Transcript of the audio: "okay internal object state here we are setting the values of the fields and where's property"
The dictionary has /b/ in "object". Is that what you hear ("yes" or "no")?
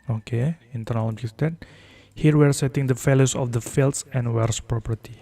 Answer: no